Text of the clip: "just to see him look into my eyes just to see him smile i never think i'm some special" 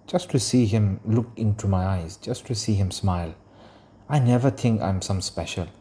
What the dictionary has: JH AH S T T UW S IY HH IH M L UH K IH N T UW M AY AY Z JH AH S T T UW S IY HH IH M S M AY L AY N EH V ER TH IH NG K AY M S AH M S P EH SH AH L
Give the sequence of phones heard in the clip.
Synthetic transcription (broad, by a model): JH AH S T T UW S IY HH IH M L UH K IH N T UW M AY AY Z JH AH S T T UW S IY HH IH M S M AY L AY N EH V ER T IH NG K AY M S AH M S P EH SH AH L